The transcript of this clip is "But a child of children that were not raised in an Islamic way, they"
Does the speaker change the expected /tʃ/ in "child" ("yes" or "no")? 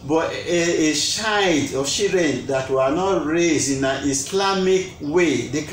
yes